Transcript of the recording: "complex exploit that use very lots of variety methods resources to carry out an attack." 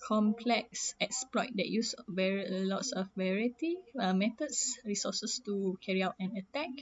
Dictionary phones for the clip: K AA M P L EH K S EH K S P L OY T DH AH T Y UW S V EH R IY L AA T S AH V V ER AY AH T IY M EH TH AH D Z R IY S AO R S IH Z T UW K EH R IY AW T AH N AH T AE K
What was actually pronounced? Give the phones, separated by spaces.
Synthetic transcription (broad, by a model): K AA M P L EH K S EH K S P L OY T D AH T Y UW S V EH R IY L AA T S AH F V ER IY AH T IY M EH T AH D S R IY S AO S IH S T UW K EH R IY AW T AH N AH T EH K